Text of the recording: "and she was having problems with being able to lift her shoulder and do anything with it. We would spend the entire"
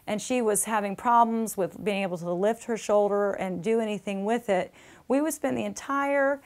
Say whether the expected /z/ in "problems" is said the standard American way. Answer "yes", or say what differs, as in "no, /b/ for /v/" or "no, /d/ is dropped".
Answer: yes